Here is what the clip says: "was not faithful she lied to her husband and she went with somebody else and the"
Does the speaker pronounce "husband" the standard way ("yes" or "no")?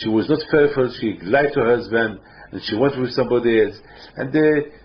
yes